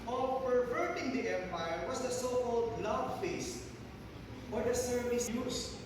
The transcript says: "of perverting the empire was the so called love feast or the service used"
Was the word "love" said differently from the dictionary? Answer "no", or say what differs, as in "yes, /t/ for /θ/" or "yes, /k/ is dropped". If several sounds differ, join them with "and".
yes, /b/ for /v/